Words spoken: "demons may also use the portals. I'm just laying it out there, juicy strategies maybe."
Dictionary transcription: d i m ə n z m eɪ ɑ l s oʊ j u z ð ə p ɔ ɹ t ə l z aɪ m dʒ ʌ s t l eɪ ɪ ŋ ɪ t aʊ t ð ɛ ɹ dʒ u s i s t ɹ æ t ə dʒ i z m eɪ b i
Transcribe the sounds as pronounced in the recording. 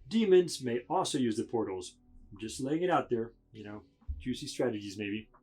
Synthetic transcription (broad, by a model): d i m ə n z m eɪ ɑ l s oʊ j u z ð ə p ɔ ɹ t l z dʒ ʌ s t l eɪ ɪ ŋ ɪ t aʊ t ð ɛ ɹ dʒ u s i s t ɹ æ t ə dʒ i z m eɪ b i